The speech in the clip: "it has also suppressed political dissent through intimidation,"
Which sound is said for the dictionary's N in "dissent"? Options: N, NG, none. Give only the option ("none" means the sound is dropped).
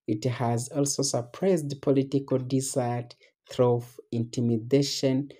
none